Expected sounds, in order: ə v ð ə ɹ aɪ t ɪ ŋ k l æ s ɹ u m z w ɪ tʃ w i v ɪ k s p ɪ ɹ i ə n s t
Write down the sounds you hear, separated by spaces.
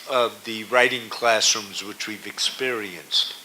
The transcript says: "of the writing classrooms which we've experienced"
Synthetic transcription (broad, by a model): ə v ð ə ɹ aɪ t ɪ ŋ k l æ s ɹ u m z w ɪ tʃ w i v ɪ k s p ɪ ɹ i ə n s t